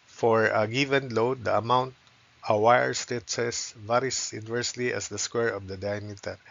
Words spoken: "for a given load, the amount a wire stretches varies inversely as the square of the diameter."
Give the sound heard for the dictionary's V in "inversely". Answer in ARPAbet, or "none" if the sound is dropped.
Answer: V